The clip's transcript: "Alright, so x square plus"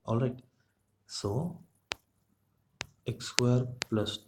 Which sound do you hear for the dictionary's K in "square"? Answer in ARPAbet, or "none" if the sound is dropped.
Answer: none